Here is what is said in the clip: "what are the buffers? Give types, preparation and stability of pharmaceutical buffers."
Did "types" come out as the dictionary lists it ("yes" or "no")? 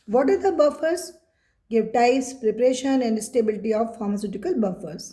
no